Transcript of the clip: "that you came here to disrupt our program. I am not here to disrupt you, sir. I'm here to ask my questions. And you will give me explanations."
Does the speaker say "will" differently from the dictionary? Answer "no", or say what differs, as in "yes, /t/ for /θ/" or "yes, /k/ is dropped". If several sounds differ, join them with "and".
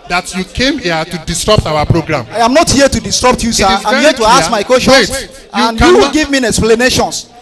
yes, /w/ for /l/